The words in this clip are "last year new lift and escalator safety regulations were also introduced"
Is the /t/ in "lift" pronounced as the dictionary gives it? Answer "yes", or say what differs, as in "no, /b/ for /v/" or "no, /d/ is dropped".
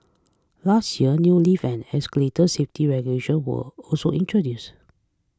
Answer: no, /t/ is dropped